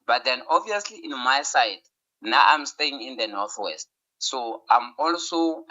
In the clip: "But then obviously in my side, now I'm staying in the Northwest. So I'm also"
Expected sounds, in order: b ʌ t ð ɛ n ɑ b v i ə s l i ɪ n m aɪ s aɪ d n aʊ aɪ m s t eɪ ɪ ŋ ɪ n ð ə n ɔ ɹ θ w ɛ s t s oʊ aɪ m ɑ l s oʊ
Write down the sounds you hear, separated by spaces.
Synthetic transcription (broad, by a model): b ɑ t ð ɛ n ɑ b v i ə s l i ɪ n m aɪ s aɪ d n aʊ aɪ m s t eɪ ɪ ŋ ɪ n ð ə n ɔ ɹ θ w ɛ s t s oʊ aɪ m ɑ l s oʊ